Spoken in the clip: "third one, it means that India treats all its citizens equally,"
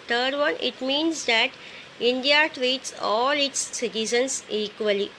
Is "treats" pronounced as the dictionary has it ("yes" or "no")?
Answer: yes